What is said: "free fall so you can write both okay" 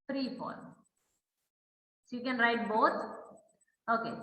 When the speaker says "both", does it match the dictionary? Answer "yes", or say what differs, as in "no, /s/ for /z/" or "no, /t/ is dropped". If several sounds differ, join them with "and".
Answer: no, /t/ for /θ/